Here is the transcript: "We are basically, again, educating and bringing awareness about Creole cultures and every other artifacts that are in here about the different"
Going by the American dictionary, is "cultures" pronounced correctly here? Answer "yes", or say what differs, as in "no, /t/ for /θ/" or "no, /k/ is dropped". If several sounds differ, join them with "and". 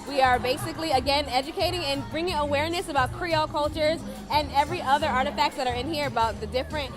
yes